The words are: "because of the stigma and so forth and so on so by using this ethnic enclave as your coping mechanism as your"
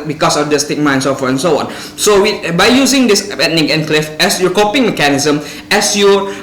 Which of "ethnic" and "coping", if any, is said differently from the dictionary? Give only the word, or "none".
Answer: ethnic